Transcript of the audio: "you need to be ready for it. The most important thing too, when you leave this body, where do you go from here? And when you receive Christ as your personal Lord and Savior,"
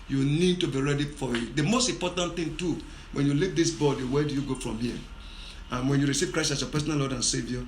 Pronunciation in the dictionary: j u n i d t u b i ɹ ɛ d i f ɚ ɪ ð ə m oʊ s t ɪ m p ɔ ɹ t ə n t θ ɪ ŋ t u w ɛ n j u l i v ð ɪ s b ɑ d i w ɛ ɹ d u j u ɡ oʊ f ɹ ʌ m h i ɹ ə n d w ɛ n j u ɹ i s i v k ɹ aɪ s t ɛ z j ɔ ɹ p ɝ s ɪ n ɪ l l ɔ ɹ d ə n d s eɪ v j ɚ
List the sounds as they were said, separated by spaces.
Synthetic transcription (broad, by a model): j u n i d t u b i ɹ ɛ d i f ɪ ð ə m oʊ s t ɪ m p ɔ t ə n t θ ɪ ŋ t u w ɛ n j u l i v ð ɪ s b ɑ d i w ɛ d u j u ɡ oʊ f ɹ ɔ m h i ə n w ɛ n j u ɹ i s i v k ɹ aɪ s ɑ s j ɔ p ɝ s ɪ n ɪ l l ɔ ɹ d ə n s eɪ v j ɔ